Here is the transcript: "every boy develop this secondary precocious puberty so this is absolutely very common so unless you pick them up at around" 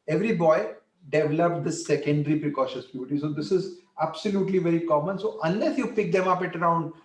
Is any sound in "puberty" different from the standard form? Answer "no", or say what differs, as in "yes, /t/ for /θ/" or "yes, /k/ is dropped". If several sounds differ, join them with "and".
yes, /b/ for /p/